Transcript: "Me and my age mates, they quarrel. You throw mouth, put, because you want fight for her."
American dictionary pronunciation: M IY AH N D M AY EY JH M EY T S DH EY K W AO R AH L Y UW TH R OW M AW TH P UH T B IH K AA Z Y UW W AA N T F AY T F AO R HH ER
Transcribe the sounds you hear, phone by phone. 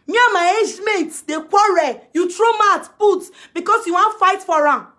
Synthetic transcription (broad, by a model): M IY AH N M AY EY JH M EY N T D EY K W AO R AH Y UW T R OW M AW T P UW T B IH K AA S Y UW W AA N T F AY T F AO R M